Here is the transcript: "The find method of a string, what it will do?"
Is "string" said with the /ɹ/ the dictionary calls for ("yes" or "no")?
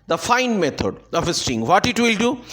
no